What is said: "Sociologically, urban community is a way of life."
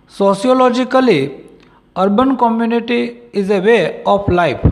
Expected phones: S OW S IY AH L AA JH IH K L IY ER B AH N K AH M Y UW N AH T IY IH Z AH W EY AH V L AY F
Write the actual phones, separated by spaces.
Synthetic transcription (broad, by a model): S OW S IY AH L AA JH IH K L IY ER B AH N K AH M Y UW N AH T IY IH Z AH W EY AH P L AY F